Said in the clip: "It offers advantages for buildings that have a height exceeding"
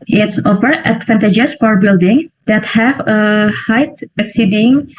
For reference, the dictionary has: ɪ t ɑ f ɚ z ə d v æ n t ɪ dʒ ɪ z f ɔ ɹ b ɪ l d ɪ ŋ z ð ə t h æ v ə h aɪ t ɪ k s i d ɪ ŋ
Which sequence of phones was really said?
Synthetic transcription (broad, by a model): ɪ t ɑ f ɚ ə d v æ n t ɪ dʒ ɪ s f ɔ ɹ b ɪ l d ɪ ŋ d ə t h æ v ə h aɪ t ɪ k s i d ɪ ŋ